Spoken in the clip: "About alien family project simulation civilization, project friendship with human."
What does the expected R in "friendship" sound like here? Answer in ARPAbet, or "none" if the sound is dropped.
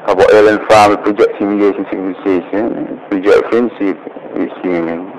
none